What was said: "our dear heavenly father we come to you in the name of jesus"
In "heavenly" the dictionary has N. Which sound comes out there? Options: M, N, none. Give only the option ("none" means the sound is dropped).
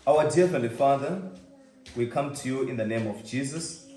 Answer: none